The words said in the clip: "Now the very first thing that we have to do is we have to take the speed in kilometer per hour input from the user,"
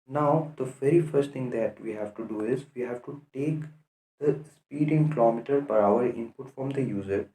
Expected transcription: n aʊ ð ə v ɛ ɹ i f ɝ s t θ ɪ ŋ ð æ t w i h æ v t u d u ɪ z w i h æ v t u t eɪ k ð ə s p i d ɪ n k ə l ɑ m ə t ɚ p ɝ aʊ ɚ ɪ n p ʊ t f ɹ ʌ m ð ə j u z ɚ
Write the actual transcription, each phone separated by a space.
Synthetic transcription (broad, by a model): n aʊ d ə v ɛ ɹ i f ɝ s t t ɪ ŋ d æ t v i h æ v t u d u ɪ z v i h æ v t u t eɪ k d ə s p i d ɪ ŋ k ə l ɑ m ə t ɚ p ɝ aʊ ɚ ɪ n p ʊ t f ɹ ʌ m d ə j u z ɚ